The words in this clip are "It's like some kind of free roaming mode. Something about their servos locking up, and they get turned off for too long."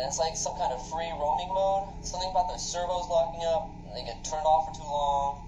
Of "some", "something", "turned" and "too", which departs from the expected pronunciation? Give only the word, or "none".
turned